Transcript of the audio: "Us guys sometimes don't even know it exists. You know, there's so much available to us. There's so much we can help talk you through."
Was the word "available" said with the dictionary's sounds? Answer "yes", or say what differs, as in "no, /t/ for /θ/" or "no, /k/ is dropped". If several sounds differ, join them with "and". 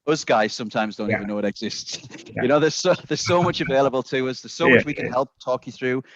yes